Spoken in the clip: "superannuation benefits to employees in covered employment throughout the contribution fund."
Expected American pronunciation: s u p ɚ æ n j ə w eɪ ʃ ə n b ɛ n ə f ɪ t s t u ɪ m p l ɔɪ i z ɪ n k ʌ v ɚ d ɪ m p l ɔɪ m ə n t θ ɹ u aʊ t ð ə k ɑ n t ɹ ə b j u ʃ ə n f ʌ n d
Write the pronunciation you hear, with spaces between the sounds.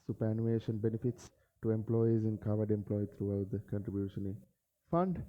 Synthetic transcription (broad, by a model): s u p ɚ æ n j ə eɪ ʃ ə n b ɛ n ə f ɪ t s t u ɪ m p l ɔɪ i z ɪ n k ʌ v ɚ d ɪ m p l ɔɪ ə t ɹ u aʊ t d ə k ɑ n t ɹ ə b j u ʃ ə n f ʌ n d